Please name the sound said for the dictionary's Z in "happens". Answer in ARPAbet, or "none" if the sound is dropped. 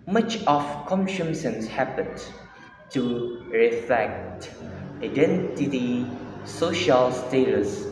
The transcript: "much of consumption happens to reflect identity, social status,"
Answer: none